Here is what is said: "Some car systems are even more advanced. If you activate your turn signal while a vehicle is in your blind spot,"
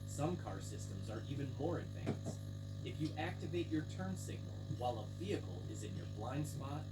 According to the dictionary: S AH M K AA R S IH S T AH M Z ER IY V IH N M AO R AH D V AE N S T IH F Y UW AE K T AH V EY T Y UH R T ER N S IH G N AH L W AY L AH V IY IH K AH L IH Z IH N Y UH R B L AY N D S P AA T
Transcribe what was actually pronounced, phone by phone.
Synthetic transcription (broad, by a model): S AH M K AA R S IH S T AH M Z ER IY V IH N M AO R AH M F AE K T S IH F Y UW AE K T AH V EY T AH R T ER N S IH G N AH L W AY L AH V IY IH K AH L IH Z IH N Y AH R B L AY N D S P AA T